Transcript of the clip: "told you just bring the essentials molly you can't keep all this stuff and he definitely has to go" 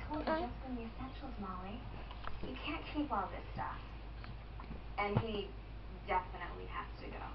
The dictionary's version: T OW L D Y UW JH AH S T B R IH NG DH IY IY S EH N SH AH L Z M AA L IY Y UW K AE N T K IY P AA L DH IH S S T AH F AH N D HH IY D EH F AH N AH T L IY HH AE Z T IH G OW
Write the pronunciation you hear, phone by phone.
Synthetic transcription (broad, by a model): OW L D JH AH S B IH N DH IY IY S EH N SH L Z M AA L IY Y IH K AE N K IY P AA L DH IH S S T AH F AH N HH IY D EH F AH N AH T L IY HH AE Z T IH G OW